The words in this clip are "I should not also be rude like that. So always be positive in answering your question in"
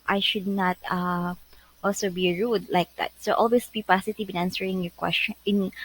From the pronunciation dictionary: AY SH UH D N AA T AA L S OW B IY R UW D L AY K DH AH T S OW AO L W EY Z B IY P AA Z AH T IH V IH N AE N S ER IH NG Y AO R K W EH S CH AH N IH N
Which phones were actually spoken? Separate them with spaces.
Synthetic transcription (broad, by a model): AY SH UH D N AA T AA L S OW B IY R UW D L AY K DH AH T S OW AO L W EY S B IY P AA S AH T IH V IH N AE N S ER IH NG Y AO R K W EH S CH AH N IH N